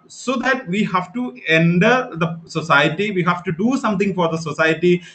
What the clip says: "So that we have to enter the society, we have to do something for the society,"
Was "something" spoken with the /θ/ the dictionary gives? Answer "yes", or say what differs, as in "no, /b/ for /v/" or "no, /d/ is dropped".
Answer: no, /t/ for /θ/